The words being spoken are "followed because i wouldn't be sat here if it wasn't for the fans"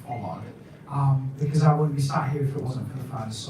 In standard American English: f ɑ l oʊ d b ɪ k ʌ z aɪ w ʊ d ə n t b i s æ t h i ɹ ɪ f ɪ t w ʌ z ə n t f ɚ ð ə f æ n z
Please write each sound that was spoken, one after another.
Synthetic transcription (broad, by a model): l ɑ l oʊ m b ɪ k ʌ z aɪ w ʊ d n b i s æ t h i ɹ ɪ f ɪ t w ʌ z ə n t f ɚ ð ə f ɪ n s